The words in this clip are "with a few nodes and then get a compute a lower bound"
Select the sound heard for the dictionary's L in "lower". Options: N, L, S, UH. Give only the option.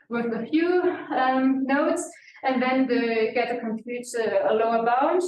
L